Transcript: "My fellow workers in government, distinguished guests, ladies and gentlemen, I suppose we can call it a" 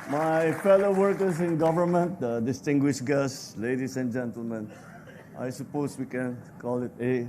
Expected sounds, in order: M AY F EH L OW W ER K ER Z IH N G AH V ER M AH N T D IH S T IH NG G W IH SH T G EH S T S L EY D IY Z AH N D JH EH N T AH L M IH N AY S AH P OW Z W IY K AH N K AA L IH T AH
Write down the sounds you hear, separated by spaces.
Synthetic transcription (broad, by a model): M AY F EH L OW W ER K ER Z IH N G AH V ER M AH N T D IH S T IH NG G W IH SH G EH S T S L EY D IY S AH N JH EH N T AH L M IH N AY S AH P OW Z W IY K AH N K AA L IH T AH